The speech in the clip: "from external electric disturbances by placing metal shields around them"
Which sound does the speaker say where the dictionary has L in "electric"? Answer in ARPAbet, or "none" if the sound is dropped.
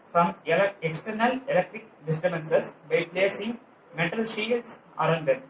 L